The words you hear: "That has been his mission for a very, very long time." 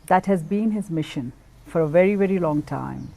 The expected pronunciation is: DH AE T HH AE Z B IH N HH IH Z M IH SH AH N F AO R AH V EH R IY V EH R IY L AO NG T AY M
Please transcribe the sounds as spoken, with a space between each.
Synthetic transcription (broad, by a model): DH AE T HH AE Z B IH N HH IH Z M IH SH AH N F AO R AH V EH R IY V EH R IY L AO NG T AY M